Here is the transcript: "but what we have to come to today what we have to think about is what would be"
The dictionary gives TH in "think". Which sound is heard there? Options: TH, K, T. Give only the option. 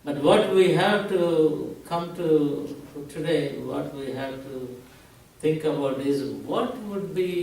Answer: T